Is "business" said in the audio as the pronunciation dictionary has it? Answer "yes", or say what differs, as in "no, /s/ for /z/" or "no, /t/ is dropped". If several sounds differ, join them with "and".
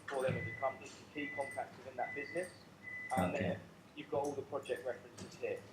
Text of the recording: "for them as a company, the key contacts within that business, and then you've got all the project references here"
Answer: yes